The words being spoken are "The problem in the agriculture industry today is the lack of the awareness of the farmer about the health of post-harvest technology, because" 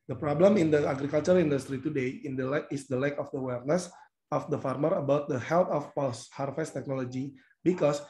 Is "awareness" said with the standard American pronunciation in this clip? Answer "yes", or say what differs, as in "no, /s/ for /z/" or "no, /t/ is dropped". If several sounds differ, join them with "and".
yes